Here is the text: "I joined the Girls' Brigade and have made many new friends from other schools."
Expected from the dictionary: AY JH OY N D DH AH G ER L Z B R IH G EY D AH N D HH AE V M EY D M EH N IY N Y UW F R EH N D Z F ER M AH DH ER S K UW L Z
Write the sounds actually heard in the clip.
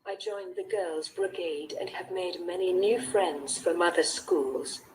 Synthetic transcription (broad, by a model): AY JH OY N DH AH G ER L Z B R IH G EY D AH N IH V M EY D M EH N IY N Y UW F R EH N D Z F ER M AH DH ER S K UW L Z